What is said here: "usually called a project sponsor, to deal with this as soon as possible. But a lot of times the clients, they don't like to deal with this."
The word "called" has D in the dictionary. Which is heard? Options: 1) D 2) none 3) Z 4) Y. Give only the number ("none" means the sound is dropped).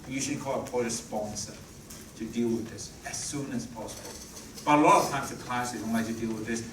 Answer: 2